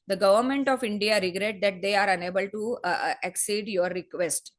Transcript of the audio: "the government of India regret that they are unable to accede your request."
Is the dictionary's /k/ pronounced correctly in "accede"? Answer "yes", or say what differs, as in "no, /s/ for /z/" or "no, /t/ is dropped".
yes